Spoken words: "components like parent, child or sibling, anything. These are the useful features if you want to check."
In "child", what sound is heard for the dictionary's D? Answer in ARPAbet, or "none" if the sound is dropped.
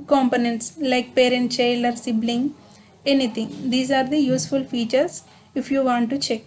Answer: none